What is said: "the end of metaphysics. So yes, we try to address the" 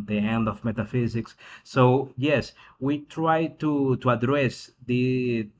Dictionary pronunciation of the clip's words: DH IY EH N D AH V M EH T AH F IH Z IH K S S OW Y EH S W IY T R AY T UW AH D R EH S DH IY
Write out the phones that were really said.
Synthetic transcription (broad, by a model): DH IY EH N D AH V M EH T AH F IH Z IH K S S OW Y EH S W IY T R AY T UW AH D R EH S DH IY